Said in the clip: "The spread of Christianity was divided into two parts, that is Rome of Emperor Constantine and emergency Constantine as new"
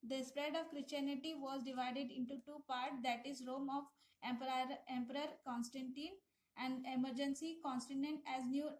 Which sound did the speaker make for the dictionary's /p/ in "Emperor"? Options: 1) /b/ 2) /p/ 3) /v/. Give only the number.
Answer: 2